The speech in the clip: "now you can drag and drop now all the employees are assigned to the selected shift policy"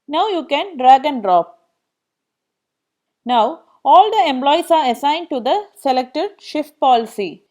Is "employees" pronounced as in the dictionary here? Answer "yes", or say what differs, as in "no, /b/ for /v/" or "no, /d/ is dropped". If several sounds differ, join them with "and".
no, /s/ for /z/